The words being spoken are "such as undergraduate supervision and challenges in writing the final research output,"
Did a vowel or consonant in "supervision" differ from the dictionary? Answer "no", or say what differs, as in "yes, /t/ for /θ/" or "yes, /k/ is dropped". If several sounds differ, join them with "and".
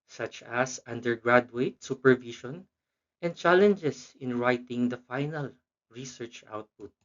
yes, /ʃ/ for /ʒ/